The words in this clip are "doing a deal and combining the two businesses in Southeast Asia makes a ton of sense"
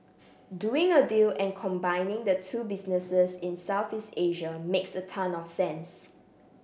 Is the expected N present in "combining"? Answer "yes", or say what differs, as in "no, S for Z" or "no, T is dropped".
yes